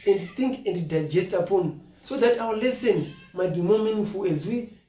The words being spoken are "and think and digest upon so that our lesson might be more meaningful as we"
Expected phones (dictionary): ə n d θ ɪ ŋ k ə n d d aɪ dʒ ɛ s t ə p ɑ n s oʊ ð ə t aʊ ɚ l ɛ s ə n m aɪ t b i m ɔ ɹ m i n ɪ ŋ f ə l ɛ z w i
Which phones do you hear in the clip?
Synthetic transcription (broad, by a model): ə n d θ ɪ ŋ k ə n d d aɪ dʒ ɛ s t ə p ɑ n s oʊ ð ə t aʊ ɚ l ɛ s ə n m aɪ t b i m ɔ m i n ɪ ŋ f ə l ɛ z w i